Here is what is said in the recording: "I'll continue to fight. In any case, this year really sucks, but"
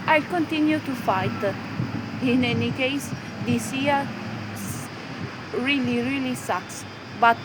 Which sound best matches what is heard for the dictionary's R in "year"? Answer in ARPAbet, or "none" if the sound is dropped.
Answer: L